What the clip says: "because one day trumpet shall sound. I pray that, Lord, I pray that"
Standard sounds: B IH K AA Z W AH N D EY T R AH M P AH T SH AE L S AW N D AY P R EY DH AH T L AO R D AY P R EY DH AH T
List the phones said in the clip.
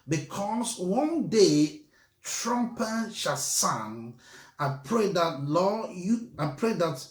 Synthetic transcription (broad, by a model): B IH K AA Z W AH N D EY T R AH M P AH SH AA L S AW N AY P R EY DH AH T L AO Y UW AY P R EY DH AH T